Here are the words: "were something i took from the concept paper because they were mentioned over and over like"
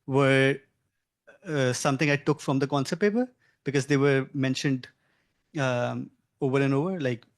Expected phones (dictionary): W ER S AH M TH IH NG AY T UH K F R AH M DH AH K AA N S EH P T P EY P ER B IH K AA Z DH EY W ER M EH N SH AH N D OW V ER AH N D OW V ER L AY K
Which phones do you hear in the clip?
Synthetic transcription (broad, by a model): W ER S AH M T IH NG AY T UH K F R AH M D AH K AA N S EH T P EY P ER B IH K AA Z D EY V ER M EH N SH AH N D OW V ER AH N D OW V ER L AY K